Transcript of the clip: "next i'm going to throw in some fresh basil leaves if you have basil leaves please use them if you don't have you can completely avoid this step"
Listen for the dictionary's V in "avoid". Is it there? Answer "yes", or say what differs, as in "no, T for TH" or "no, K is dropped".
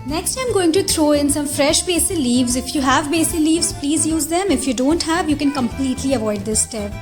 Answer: yes